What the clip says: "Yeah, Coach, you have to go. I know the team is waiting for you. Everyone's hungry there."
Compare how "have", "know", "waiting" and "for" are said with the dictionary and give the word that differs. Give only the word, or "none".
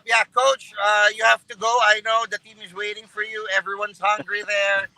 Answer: have